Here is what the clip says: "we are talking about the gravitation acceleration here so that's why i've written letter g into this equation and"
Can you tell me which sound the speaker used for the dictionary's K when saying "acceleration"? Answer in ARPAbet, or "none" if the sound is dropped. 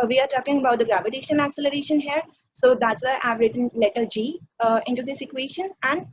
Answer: K